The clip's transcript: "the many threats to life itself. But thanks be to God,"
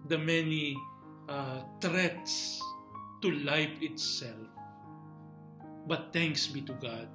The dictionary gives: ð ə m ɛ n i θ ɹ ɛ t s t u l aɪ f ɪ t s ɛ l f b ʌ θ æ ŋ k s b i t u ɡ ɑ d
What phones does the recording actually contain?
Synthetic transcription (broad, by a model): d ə m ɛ n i t ɹ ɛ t s t u l aɪ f ɪ t s ɛ l f b ʌ t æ ŋ k s b i t u ɡ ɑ d